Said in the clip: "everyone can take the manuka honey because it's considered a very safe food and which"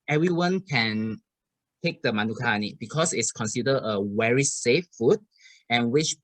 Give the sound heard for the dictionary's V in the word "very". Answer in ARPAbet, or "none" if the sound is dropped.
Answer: W